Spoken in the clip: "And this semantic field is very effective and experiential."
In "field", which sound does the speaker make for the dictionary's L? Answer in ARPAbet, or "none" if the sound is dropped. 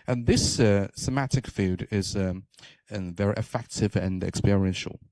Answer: none